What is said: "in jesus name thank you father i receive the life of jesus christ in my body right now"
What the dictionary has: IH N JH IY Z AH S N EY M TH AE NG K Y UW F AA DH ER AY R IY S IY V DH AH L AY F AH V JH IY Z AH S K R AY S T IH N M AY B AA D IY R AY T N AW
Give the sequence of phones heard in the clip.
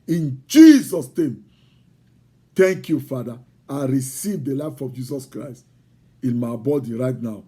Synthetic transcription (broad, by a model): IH N JH IY Z AH S N EY M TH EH NG K Y UW F AA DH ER AY R IY S IY V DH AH L AY F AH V JH IY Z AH S K R AY S T IH N M AY B AA D IY R AY T N AW